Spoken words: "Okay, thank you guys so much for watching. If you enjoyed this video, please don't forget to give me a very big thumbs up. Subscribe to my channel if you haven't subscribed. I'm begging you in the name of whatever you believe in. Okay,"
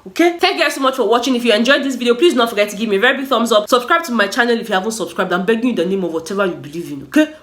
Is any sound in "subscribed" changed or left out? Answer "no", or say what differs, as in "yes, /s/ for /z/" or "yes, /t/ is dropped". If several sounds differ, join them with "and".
no